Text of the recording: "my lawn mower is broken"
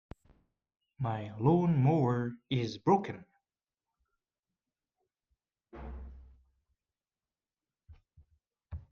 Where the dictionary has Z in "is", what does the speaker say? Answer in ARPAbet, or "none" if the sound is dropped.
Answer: Z